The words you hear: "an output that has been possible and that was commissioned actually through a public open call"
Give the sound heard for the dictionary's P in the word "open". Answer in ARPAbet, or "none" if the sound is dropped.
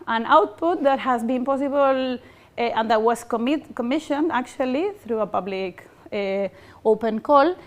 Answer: P